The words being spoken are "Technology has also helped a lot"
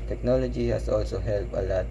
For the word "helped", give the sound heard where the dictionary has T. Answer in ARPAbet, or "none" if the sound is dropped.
none